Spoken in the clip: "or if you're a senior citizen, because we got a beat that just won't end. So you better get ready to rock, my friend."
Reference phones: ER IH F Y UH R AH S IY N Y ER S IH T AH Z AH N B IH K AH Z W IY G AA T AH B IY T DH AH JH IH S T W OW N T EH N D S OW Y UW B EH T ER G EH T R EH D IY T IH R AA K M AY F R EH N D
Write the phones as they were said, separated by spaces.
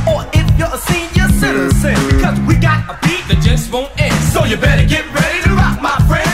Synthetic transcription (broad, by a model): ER IH F Y AH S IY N Y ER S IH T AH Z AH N B IH K AH Z W IY G AA T AH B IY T DH AH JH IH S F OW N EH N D S OW Y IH B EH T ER G EH T R EH D IY T IH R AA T M AY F R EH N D